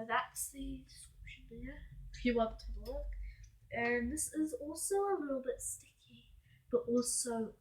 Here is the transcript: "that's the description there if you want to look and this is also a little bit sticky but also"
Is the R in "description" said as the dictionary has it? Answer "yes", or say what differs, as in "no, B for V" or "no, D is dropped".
no, R is dropped